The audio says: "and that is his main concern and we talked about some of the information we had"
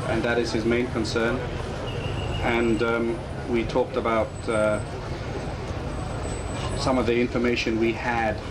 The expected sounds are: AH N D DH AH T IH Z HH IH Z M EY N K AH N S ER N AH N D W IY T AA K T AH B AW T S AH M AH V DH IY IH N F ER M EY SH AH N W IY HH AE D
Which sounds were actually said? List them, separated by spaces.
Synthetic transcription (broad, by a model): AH N DH AH T IH Z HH IH Z M EY N K AH N S ER N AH N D W IY T AA K T AH B AW T S AH M AH V DH IY IH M F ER M EY SH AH N W IY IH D